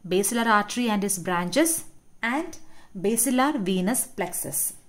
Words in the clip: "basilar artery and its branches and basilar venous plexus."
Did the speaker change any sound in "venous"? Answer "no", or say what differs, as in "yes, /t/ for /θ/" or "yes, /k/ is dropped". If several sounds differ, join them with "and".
no